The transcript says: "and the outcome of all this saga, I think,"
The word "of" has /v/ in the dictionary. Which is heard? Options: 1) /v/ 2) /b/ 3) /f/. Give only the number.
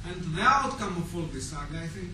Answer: 3